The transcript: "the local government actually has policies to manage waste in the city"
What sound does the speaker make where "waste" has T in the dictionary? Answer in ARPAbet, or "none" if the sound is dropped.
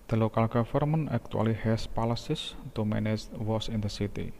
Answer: none